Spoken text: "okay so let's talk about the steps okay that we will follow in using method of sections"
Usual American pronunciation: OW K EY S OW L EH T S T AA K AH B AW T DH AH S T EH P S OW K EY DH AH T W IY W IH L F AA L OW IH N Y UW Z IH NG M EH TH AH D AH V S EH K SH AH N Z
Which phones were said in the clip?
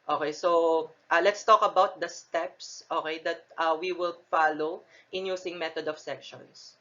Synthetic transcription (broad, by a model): OW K EY S OW L EH T S T AA K AH B AW T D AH S T EH P S OW K EY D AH T W IY W IH L F AA L OW IH N Y UW S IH NG M EH T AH D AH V S EH K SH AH N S